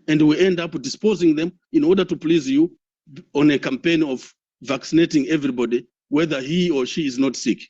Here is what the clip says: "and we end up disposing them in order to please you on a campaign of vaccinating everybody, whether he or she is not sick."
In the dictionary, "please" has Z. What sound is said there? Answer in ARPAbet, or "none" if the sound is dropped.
Z